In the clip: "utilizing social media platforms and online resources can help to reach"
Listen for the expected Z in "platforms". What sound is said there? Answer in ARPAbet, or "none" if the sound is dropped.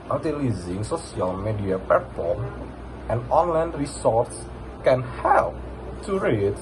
none